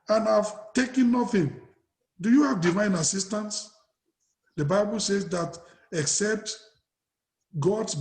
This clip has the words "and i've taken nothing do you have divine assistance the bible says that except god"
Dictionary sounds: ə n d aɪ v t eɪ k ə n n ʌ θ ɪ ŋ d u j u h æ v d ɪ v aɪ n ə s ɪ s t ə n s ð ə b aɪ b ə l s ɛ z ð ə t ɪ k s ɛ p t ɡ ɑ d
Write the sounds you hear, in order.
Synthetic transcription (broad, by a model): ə n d aɪ v t eɪ k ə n n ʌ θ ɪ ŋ d u j u h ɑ v d ɪ v aɪ n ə s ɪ s t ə n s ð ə b aɪ b ə l s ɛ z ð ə t ɪ k s ɛ p t ɡ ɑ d